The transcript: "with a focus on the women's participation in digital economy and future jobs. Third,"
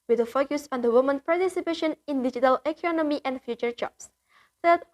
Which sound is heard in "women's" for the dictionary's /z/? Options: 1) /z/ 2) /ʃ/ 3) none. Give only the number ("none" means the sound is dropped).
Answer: 3